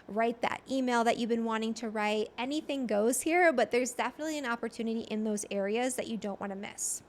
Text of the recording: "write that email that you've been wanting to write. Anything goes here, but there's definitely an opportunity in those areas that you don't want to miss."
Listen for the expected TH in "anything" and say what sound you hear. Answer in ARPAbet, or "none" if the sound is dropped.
TH